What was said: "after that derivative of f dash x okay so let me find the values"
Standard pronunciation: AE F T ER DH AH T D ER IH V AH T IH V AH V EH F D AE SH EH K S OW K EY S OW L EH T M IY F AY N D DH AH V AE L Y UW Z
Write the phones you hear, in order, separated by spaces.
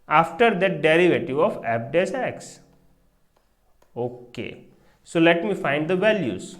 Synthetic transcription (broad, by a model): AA F T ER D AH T D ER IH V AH T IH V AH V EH P D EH S EH K S OW K EY S OW L EH T M IY F AY N D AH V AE L Y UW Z